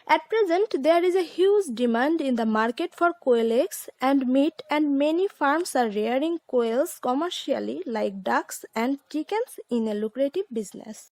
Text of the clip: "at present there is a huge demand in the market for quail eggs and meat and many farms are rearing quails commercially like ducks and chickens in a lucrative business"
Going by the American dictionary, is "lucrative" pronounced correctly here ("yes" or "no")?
yes